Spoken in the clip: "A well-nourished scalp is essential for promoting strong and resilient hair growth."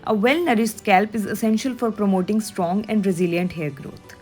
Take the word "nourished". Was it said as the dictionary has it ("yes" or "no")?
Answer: no